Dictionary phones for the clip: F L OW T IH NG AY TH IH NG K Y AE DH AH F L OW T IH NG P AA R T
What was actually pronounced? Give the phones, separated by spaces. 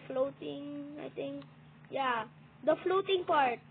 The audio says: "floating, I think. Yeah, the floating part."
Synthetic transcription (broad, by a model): F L OW T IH NG AY T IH NG K Y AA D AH F L OW T IH NG P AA R T